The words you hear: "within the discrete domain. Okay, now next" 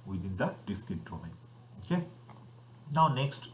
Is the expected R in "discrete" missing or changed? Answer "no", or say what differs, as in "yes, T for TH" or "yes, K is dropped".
yes, R is dropped